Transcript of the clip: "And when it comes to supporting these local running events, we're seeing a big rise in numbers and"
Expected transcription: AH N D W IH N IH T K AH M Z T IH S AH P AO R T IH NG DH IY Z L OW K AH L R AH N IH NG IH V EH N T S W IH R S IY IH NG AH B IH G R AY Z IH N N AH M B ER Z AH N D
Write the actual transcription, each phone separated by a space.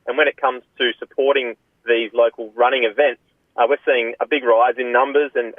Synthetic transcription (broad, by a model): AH N W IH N IH T K AH M Z T IH S AH P AO R T IH NG DH IY Z L OW K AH L R AH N IH NG IH V EH N T S W IH R S IY IH NG AH B IH G R AY Z IH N N AH M B ER Z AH N